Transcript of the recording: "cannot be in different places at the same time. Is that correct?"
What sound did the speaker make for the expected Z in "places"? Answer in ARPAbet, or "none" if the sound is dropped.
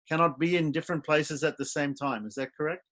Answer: Z